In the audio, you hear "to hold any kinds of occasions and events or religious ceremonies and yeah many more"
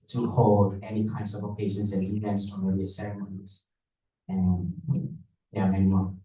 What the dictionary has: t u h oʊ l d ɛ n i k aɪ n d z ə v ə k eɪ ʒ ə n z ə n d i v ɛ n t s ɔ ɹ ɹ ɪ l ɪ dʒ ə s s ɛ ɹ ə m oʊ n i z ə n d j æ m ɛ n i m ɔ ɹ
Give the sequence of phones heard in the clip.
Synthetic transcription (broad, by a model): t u h oʊ l d ɛ n i k aɪ n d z ə v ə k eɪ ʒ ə n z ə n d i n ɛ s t ɔ l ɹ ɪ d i ə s s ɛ ɹ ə m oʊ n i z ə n j æ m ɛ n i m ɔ